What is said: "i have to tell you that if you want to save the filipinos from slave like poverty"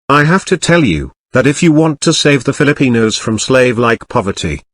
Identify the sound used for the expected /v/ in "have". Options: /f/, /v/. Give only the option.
/f/